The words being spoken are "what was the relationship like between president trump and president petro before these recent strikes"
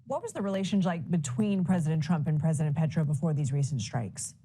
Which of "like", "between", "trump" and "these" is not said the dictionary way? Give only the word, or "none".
none